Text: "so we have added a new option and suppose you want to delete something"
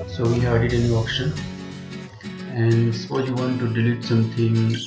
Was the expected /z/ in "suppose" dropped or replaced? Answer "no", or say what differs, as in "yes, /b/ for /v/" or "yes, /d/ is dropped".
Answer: yes, /z/ is dropped